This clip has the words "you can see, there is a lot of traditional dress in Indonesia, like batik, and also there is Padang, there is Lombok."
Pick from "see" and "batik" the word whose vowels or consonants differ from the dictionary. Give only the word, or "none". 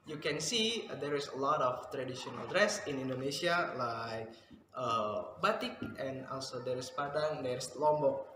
none